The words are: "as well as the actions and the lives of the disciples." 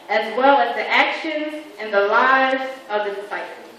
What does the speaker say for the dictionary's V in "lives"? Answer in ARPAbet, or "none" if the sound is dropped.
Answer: V